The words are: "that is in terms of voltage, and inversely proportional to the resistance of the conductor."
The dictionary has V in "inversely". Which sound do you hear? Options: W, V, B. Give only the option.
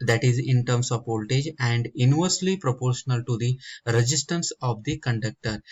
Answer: V